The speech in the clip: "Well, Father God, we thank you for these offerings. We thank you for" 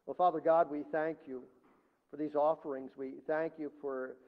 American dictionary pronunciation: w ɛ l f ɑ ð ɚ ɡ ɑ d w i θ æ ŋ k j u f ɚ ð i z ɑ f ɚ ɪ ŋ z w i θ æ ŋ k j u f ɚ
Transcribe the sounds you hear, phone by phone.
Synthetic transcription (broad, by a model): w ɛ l f ɑ ð ɚ ɡ ɑ d w i θ æ ŋ k j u f ɚ ð i z ɑ f ɚ ɪ ŋ z w i θ æ ŋ k j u f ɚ